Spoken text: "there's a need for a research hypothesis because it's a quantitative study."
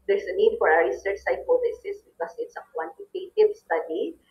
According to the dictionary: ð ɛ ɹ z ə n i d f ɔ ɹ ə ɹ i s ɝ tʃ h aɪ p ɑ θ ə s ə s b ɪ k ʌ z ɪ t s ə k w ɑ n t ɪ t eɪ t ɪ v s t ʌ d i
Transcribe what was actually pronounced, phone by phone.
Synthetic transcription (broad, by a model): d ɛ ɹ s ə n i d f ɔ ɹ ə ɹ i s ɝ tʃ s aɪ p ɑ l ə s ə s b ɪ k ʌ s ɪ t s ə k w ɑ n t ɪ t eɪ t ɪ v s t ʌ d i